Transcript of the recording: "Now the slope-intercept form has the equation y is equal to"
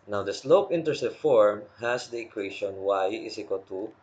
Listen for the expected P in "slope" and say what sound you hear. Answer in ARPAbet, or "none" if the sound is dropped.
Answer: P